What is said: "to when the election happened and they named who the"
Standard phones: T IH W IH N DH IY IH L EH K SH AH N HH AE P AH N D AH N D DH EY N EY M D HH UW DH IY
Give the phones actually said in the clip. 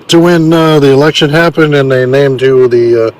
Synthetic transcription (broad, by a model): T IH W IH N DH IY IH L EH K SH AH N HH AE P AH N D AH N DH EY N EY M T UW DH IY